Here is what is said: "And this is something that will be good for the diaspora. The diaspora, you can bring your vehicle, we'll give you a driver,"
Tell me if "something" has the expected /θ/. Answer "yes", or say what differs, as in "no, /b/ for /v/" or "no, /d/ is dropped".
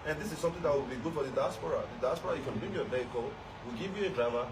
no, /t/ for /θ/